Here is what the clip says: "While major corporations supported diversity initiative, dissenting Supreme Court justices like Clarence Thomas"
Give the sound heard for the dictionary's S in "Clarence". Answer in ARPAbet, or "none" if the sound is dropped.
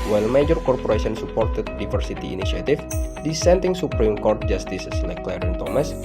none